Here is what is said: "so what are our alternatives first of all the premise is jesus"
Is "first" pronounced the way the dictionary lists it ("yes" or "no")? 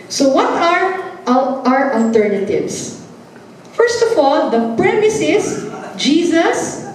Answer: yes